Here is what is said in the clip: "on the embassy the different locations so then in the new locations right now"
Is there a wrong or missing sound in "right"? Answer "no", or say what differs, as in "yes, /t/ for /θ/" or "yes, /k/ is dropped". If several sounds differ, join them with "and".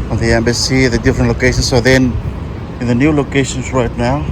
no